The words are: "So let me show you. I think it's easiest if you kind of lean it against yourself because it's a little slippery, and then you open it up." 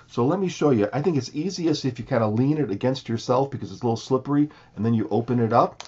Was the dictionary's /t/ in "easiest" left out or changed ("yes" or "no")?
yes